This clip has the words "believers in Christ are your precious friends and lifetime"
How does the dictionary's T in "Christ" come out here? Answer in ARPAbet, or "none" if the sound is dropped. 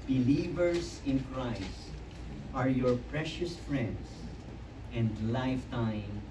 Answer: T